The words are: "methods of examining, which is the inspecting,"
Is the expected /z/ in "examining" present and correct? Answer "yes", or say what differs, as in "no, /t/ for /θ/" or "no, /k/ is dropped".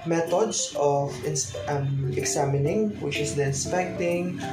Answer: no, /s/ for /z/